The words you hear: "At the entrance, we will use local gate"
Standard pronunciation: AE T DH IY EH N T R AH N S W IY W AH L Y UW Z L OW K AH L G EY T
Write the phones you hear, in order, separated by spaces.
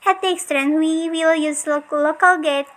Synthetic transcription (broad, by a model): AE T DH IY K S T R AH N W IY W AH L Y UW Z L OW K AH L G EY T